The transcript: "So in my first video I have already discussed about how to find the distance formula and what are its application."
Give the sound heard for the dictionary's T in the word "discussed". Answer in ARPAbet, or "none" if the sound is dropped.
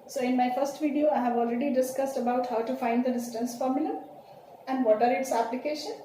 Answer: T